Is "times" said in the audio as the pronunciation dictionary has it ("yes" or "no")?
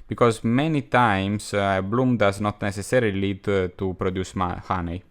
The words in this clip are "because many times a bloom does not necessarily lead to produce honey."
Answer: no